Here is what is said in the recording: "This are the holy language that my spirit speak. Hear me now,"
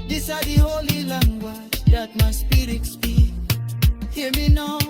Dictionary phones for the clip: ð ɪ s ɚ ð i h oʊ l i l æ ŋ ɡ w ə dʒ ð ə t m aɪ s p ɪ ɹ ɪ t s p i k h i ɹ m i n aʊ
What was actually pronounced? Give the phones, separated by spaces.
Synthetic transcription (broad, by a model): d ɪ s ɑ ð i h oʊ l i l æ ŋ ɡ w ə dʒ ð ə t m aɪ s p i ɹ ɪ t s b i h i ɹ m i n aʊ